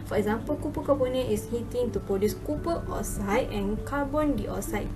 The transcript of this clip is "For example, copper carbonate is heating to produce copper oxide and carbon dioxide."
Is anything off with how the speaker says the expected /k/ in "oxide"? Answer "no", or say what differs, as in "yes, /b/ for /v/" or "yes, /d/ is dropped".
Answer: yes, /k/ is dropped